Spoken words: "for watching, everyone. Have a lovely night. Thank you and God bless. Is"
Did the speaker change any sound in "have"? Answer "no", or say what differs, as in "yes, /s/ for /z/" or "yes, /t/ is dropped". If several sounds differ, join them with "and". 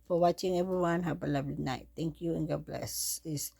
yes, /p/ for /v/